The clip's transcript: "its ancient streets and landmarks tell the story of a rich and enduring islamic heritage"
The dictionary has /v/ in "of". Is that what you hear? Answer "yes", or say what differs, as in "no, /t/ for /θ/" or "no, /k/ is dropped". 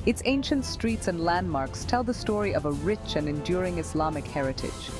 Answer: yes